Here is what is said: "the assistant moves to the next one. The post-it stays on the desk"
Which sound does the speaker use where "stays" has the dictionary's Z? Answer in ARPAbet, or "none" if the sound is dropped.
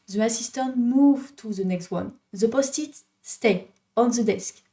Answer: none